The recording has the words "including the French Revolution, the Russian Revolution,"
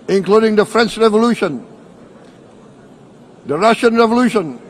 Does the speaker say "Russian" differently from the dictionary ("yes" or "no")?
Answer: no